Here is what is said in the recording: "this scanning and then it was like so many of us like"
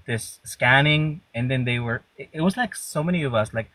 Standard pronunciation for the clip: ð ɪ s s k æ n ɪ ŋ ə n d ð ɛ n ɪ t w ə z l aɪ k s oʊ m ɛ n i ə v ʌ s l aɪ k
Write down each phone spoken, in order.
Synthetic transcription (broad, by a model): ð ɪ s s k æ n ɪ ŋ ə n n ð ɛ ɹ ɪ t w ə z l aɪ k s oʊ m ɛ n i ə v ʌ s l aɪ k